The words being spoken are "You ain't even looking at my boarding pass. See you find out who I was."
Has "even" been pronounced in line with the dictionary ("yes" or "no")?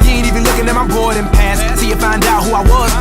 no